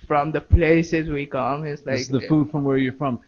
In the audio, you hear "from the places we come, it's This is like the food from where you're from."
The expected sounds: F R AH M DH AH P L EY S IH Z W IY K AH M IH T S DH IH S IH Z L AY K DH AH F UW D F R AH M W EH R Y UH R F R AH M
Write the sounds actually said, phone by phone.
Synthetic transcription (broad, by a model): F R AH M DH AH P L EY S IH Z W IY K AH M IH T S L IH IH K DH AH F UW D F R AH M W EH R Y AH R F R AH M